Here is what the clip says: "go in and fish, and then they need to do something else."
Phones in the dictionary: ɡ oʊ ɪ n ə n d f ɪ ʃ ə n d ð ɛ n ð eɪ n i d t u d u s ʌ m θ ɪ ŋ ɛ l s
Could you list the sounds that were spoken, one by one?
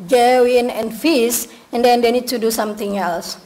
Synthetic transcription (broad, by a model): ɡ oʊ ɪ n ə n f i s ə n d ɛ n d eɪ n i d t u d u s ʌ m t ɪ ŋ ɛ l s